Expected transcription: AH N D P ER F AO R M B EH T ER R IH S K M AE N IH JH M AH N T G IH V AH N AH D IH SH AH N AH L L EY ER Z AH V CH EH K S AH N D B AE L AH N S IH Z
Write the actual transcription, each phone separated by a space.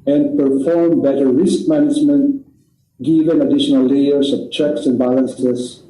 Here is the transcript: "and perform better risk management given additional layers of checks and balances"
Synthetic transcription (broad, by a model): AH N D P ER F AO R M B EH T ER R IH S K M AE N IH JH M AH N T G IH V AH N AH D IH SH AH N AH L L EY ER S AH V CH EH K S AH N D B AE L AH N S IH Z